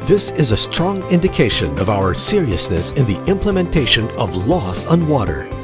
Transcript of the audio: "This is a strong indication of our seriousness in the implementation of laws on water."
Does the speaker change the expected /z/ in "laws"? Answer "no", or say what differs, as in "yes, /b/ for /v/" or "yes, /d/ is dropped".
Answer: yes, /s/ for /z/